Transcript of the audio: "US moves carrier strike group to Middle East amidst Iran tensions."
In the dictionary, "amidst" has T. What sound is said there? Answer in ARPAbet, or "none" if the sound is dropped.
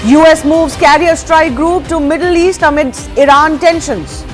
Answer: none